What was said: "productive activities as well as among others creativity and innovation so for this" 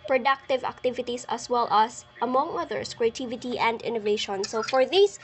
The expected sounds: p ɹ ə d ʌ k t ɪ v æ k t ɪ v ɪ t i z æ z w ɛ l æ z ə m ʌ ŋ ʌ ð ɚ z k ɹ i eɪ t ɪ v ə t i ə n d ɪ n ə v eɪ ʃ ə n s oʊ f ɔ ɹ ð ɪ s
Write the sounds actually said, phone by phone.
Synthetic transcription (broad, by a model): p ɹ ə d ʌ k t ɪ v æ k t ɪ v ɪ t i s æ s w ɛ l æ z ə m ʌ ŋ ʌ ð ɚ s k ɹ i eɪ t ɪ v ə t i ə n d ɪ n ə v eɪ ʃ ə n s oʊ f ɔ ɹ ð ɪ s